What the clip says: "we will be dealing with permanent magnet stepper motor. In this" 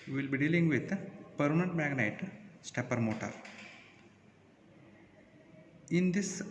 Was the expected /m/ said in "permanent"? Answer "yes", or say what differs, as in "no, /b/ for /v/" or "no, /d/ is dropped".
no, /m/ is dropped